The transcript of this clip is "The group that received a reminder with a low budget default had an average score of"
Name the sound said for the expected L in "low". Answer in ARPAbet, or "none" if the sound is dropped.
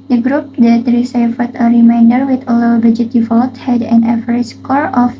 L